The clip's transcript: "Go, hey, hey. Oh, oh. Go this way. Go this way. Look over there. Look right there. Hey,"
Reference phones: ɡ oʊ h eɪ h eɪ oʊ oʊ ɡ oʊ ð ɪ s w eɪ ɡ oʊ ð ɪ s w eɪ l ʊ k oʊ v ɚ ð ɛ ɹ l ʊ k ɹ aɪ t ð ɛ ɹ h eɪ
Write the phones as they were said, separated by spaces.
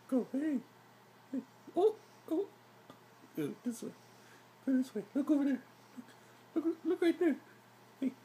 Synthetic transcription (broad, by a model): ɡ oʊ h eɪ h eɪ oʊ oʊ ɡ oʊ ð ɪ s w eɪ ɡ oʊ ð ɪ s w eɪ l ʊ k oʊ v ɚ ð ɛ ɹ l ʊ k l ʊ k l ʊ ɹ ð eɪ